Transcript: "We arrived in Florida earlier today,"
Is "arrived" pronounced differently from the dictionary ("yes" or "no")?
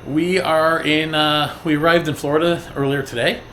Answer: no